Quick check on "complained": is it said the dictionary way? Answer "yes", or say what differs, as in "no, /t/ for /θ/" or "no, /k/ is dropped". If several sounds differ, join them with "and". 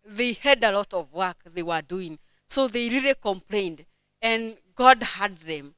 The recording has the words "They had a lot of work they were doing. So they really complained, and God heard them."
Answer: yes